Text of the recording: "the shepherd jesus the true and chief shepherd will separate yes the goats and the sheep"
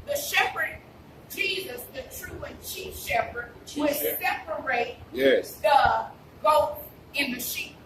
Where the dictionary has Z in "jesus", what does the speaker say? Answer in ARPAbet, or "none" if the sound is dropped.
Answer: Z